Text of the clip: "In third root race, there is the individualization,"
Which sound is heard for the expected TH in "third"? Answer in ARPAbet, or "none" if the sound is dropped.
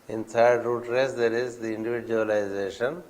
T